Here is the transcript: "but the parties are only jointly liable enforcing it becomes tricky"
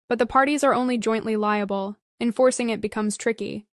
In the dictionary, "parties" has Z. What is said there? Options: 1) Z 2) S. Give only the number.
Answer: 1